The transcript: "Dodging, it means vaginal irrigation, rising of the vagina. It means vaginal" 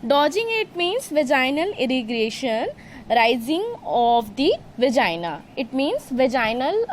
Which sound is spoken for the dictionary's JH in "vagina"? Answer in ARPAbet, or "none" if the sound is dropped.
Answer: JH